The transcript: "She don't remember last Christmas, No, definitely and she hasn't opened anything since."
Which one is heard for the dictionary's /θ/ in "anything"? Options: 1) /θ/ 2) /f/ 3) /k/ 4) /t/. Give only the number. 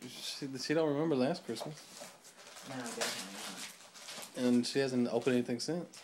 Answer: 1